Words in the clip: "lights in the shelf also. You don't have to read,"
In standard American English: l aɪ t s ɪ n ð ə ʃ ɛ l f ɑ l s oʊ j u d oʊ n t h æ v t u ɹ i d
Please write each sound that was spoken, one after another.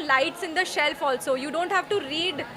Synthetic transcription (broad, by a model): l aɪ t s ɪ n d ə ʃ ɛ l f ɑ l s oʊ j u d oʊ n t h æ v t u ɹ i d